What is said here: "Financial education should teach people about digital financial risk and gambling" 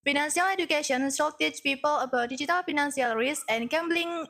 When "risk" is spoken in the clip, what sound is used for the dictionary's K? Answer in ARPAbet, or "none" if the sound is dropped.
none